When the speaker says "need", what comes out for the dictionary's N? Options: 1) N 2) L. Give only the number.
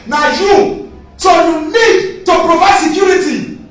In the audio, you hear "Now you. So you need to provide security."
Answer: 2